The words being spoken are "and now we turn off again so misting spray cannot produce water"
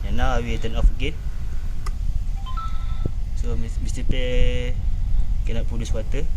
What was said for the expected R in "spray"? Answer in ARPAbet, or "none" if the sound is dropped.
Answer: none